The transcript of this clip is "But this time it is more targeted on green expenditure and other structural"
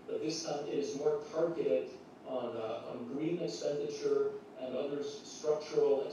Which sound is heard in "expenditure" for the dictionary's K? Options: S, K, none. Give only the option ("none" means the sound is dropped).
K